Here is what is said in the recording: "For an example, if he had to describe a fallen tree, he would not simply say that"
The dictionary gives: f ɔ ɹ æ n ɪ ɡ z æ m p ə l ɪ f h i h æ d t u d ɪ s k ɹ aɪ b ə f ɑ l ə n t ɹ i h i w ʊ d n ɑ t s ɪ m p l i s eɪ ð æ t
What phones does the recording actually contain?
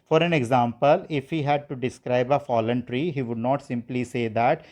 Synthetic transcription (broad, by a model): f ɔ ɹ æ n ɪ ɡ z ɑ m p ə l ɪ f h i h æ d t u d ɪ s k ɹ aɪ b ə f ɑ l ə n t ɹ i h i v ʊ d n ɑ t s ɪ m p l i s eɪ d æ t